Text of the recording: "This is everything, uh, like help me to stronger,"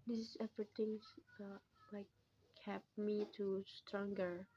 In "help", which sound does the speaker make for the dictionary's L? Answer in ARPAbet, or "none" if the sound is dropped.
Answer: none